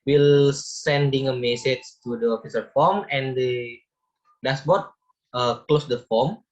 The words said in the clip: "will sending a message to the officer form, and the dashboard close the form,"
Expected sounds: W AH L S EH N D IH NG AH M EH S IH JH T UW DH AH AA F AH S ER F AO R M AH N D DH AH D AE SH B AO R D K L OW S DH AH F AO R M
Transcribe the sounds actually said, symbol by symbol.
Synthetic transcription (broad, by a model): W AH L S EH N D IH NG AH M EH S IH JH T UW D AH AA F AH S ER F AO M AH N D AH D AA S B AO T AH K L OW S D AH F AO M